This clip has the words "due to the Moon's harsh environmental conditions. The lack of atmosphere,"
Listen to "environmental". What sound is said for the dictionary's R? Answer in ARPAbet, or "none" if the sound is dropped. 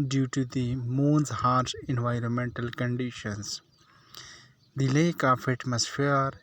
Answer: R